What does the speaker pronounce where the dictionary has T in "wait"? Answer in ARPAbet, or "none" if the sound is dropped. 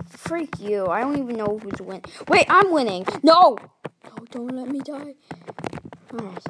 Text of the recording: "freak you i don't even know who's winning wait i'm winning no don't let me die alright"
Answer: T